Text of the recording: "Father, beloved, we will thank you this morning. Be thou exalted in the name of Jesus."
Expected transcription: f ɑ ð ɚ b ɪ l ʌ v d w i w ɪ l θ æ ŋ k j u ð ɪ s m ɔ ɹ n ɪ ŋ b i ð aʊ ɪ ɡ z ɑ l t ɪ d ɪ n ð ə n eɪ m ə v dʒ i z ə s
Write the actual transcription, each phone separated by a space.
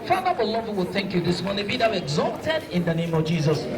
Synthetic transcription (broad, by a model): f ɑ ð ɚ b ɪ l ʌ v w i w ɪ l θ æ ŋ k j u ð ɪ s m ɔ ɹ n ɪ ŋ b i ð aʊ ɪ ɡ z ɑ t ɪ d ɪ n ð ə n eɪ m ə v dʒ i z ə s